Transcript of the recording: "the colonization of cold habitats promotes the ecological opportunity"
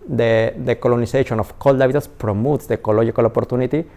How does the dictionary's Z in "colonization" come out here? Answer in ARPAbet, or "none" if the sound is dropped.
S